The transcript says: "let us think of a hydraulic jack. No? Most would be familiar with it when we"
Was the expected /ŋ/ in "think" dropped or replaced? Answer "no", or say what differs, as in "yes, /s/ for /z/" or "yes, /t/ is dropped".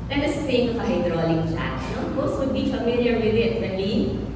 yes, /ŋ/ is dropped